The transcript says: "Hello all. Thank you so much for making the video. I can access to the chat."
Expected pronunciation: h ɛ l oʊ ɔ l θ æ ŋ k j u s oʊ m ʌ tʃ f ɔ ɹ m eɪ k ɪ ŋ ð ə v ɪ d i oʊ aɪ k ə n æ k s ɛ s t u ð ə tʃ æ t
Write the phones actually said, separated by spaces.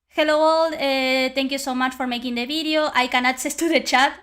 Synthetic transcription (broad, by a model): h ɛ l oʊ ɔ l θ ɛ ŋ k j u s oʊ m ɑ tʃ f ɔ ɹ m eɪ k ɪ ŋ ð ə b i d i oʊ aɪ k ə n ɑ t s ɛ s t u ð ə tʃ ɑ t